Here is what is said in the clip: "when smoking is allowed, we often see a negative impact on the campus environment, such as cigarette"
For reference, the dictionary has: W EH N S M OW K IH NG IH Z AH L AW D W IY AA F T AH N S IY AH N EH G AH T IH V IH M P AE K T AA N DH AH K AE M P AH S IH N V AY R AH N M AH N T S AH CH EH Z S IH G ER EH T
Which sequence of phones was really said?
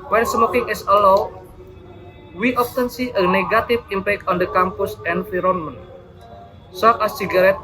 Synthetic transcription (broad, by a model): W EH N S M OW K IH NG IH S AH L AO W W IY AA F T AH N S IY AH N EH G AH T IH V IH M P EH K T AA N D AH K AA M P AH S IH N F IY R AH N M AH N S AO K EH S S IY G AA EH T